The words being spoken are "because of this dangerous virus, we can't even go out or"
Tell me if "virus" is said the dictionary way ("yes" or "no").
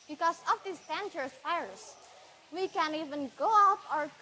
no